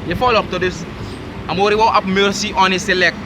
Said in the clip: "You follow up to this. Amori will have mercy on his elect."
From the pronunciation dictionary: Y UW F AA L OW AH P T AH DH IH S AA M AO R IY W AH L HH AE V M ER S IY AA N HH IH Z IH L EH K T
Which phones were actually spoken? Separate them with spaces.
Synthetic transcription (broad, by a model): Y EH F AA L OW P T AH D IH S AA M AO R IY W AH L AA P M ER S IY AA N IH S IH L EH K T